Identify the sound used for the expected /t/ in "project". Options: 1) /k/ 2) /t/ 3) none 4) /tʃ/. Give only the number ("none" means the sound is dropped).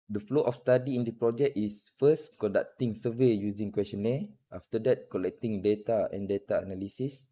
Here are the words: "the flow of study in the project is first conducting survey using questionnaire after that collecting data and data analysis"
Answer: 3